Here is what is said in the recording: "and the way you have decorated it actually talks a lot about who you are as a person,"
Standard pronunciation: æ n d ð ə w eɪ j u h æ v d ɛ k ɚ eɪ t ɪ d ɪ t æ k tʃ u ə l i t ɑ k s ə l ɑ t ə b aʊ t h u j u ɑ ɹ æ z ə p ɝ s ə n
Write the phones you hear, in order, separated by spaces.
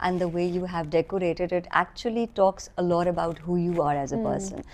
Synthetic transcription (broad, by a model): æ n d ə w eɪ j u h æ v d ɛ k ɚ eɪ t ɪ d ɪ t æ k tʃ u ə l i t ɑ k s ə l ɑ t ə b aʊ t h u j u ɑ ɹ æ z ə p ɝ s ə n